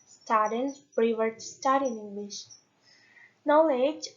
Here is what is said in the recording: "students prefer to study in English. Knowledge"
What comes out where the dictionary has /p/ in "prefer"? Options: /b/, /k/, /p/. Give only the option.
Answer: /b/